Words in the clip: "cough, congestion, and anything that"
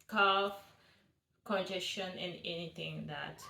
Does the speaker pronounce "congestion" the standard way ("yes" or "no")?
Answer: no